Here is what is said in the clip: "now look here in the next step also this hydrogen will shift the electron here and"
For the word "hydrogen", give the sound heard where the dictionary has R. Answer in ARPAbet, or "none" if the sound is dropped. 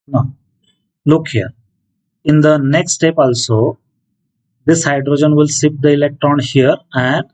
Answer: R